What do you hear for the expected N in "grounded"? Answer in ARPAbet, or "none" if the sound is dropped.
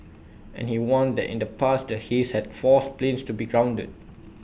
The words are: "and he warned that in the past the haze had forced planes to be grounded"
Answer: N